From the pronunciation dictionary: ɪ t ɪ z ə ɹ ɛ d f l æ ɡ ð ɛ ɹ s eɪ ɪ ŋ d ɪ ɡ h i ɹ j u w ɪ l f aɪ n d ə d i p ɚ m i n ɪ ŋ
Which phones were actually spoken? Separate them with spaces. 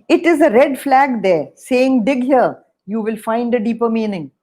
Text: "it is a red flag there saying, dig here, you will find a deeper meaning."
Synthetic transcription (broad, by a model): ɪ t ɪ z ə ɹ ɛ d f l æ ɡ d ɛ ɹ s eɪ ɪ ŋ d ɪ ɡ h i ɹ j u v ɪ l f aɪ n d ə d i p ɚ m i n ɪ ŋ